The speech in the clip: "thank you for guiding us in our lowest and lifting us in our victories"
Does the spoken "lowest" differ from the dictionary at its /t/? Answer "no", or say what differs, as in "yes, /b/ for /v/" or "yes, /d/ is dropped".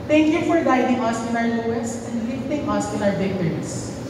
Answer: yes, /t/ is dropped